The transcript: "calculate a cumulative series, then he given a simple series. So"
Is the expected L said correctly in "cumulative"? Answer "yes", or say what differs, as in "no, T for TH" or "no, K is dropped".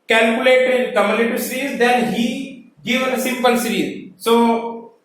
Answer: no, N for L